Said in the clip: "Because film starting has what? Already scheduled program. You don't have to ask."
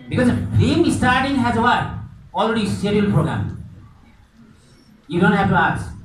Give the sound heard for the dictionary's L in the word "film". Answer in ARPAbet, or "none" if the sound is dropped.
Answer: none